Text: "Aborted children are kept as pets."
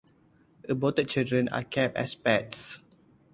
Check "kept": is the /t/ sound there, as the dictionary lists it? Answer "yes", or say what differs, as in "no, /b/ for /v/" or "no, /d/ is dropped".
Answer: no, /t/ is dropped